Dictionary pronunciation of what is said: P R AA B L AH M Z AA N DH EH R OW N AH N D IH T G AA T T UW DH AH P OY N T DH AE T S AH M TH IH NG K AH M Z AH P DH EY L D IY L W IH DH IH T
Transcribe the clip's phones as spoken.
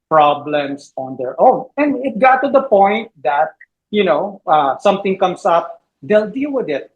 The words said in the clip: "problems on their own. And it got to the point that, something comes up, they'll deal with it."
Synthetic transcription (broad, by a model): P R AA B L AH M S AA N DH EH R OW N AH N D IH T G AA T T UW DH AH P OY N T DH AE T S AH M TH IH NG K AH M S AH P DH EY L D IY L W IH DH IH T